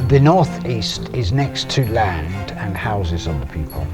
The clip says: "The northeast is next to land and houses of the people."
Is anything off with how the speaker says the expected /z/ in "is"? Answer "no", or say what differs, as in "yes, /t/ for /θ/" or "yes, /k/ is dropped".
no